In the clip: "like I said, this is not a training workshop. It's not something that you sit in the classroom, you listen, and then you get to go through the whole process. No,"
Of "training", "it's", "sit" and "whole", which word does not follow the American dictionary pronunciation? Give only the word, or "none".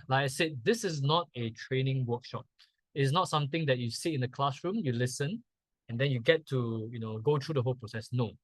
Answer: sit